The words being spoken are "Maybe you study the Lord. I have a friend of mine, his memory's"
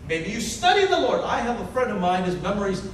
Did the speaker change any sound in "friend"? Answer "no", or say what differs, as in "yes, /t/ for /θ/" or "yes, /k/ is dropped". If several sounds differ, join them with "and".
yes, /n/ is dropped